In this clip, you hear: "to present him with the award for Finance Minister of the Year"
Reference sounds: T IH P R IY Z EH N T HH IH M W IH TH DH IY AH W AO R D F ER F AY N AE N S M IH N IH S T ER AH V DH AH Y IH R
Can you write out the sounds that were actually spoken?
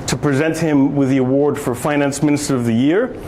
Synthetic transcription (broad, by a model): T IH P R IY Z EH N T HH IH M W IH DH IY AH W AO R D F ER F AY N AE N S M IH N IH S T ER AH V DH AH Y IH R